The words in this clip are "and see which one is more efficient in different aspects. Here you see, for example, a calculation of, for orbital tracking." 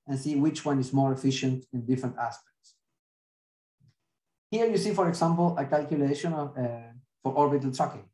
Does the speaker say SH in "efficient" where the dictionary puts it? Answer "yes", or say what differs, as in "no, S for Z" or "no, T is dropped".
yes